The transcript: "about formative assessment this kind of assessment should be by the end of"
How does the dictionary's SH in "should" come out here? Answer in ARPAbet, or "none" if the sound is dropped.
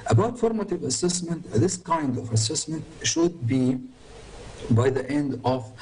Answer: SH